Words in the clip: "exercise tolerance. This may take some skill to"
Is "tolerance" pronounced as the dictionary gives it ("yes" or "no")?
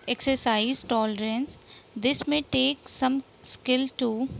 yes